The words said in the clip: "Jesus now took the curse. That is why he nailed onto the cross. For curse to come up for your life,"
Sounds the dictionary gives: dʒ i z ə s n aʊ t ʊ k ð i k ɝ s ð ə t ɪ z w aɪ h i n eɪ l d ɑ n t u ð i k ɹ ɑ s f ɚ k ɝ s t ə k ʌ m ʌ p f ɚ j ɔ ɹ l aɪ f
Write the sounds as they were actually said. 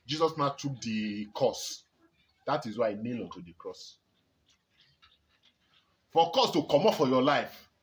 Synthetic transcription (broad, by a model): dʒ i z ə s n aʊ t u k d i k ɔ s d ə t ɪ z w aɪ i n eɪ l ɑ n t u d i k ɹ ɑ s f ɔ k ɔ s t ə k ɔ m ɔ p f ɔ j ɔ l aɪ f